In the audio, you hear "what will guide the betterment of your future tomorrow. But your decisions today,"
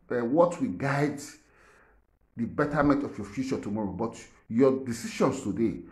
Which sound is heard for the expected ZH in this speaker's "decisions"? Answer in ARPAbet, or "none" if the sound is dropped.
SH